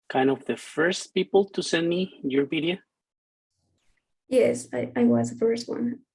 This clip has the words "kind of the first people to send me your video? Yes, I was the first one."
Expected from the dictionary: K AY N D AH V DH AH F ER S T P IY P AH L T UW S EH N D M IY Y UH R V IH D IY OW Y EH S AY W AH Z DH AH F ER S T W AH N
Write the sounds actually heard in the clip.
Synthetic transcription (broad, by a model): K AY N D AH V DH AH F ER S T P IY P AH L T UW S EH N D M IY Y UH R P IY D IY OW Y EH S AY W AH Z DH AH F ER S T W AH N